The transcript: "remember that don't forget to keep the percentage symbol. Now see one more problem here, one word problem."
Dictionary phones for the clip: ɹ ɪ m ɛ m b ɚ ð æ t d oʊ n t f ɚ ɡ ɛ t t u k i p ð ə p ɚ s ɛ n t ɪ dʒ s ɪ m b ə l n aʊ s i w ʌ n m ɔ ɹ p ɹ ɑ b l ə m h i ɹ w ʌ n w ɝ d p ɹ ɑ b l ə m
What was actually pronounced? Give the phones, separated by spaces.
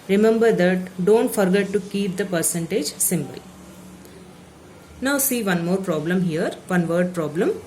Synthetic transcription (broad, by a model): ɹ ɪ m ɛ m b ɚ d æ t d oʊ n t f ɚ ɡ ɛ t t u k i p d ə p ɚ s ɛ n t ɪ dʒ s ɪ m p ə l n aʊ s i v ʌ n m ɔ ɹ p ɹ ɑ b l ə m h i ɹ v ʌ n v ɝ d p ɹ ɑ b l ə m